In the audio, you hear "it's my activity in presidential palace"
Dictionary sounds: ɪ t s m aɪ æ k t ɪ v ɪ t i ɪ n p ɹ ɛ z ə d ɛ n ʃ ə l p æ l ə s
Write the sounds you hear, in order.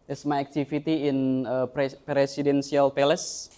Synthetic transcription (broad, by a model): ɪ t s m aɪ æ k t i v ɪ t i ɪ n p ɹ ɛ s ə d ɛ n s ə l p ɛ l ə s